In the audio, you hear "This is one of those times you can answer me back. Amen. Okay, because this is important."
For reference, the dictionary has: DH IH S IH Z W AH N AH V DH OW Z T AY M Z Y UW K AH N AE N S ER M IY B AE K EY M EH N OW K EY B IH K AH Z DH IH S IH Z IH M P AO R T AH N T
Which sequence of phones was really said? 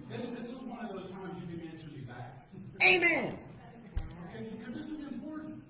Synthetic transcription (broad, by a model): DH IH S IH W AH N AH V DH OW Z T AY M Z Y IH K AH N AE N S ER M IY B AE K EY M EH N OW K EY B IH K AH Z DH IH S IH Z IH M P AO R T N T